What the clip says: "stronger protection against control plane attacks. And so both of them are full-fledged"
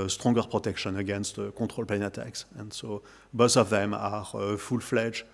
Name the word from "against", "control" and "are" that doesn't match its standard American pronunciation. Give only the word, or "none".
control